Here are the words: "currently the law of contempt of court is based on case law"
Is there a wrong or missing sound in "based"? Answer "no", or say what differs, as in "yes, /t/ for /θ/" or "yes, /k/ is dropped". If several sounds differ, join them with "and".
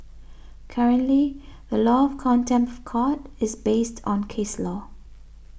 no